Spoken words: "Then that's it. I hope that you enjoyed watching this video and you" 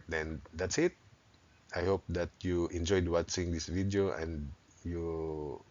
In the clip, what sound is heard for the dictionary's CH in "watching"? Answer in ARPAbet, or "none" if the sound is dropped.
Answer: S